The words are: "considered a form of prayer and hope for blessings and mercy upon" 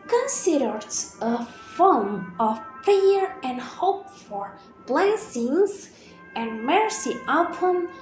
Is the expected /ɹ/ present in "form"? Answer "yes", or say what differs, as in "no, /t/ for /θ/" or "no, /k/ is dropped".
no, /l/ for /ɹ/